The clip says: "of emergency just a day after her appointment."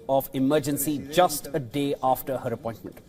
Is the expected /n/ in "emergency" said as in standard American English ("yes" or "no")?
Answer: yes